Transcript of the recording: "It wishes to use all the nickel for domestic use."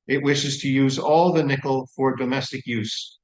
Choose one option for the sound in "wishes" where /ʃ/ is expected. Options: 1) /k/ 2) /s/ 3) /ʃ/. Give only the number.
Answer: 3